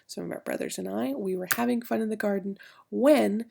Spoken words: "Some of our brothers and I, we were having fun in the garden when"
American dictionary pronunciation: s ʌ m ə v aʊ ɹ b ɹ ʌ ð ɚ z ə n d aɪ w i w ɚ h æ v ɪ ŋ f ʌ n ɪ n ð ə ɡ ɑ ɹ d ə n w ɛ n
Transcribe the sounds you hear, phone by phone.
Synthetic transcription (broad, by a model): s ʌ m ə v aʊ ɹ b ɹ ʌ ð ɚ z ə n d aɪ w i w ɚ h æ v ɪ ŋ f ʌ n ɪ n ð ə ɡ ɑ ɹ d n w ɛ n